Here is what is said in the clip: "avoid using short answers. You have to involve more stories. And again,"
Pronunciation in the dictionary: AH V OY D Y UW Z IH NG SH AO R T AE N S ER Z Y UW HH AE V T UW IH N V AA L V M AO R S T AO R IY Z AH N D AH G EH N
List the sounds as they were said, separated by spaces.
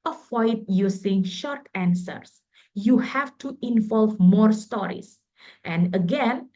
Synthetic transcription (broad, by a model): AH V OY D Y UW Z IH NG SH AO R T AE N S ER S Y UW HH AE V T UW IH N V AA L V M AO R S T AO R IY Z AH N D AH G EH N